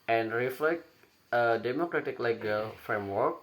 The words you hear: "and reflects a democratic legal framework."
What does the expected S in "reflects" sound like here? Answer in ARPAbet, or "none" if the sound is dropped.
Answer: none